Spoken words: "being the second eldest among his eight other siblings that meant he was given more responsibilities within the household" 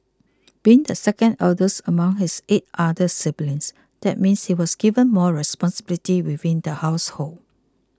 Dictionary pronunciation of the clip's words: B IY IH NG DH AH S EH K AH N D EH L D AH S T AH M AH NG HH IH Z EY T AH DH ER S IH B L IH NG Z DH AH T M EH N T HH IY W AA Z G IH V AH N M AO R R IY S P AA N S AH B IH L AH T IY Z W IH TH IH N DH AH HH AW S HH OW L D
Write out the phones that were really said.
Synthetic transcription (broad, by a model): B IY IH NG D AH S EH K AH N D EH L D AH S AH M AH NG HH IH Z EY T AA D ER S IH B L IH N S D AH T M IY N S HH IY W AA S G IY V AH N M AO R R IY S P AA N S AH B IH L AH T IY W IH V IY N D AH HH AW S HH OW L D